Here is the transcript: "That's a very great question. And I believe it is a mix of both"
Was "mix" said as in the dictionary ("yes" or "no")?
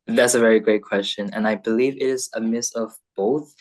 no